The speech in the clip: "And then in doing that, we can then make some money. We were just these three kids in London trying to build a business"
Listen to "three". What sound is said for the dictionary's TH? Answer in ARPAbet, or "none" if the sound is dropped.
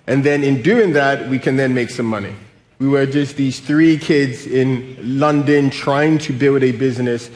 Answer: TH